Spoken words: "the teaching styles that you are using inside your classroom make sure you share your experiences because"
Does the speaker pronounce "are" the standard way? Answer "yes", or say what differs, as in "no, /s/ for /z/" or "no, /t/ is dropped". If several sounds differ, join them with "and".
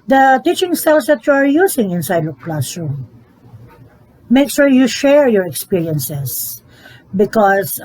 yes